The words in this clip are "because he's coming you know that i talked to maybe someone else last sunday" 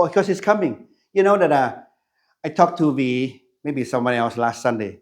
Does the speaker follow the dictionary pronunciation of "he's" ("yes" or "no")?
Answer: no